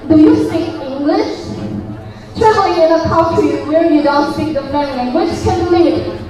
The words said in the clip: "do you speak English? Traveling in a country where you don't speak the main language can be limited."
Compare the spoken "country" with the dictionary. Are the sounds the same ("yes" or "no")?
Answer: no